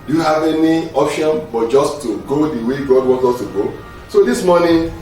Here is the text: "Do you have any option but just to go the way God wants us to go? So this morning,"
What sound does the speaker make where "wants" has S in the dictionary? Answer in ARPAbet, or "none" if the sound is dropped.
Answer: none